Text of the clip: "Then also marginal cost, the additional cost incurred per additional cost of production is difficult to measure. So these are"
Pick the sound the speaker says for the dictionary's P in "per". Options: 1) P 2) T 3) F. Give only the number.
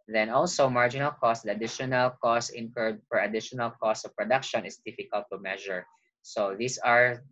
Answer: 3